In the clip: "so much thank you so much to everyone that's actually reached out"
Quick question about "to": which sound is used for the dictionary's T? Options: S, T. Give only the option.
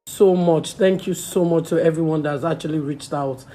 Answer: T